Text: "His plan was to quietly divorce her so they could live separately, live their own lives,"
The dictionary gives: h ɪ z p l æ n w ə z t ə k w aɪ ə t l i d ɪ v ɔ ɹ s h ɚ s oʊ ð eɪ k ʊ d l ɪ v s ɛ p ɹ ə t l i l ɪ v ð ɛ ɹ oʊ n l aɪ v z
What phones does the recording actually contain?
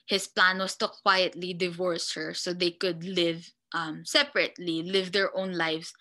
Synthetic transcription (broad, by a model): h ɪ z p l æ n w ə s t ə k w aɪ ə t l i d ɪ v ɔ ɹ s h ɚ s oʊ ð eɪ k ʊ d l ɪ v s ɛ p ɹ ə t l i l ɪ v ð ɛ ɹ oʊ n l aɪ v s